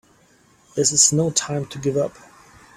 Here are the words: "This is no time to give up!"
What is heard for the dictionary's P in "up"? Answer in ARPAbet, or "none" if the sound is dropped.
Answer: P